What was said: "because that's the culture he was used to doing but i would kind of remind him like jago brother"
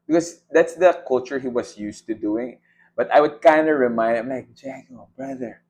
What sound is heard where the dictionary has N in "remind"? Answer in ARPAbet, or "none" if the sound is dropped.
none